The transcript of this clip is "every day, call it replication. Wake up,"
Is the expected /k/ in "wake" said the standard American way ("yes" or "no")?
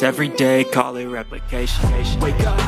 no